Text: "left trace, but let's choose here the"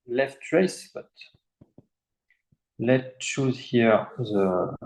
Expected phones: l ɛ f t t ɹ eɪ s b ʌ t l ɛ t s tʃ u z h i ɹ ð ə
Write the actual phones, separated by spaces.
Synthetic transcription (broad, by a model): l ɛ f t t ɹ eɪ s b ʌ t l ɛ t tʃ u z h i ɹ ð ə